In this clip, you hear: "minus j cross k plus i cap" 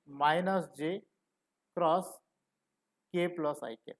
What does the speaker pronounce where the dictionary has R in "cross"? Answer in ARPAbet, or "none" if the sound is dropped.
R